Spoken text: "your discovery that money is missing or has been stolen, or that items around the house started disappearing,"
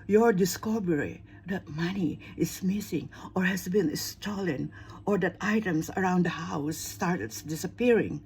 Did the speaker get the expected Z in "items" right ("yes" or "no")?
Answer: no